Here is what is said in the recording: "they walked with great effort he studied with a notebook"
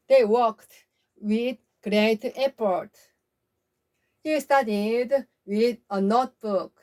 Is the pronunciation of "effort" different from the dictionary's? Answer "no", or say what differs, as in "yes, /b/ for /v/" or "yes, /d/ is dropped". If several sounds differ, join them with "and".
yes, /p/ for /f/